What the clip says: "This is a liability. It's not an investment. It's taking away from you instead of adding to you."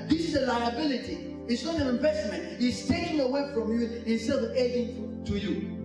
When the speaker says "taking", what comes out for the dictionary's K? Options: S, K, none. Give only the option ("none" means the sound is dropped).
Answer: none